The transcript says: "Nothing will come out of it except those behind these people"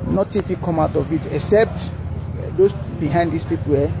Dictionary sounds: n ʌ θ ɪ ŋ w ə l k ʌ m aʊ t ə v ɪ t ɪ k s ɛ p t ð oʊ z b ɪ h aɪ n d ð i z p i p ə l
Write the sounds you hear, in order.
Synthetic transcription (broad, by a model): n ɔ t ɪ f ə k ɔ m aʊ t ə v ɪ t ɪ k s ɛ p t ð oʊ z b ɪ h aɪ n d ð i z p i p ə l